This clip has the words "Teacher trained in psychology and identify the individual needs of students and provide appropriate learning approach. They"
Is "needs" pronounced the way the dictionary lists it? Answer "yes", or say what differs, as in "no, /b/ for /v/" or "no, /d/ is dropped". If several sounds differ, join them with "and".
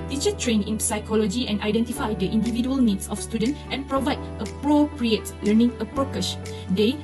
no, /s/ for /z/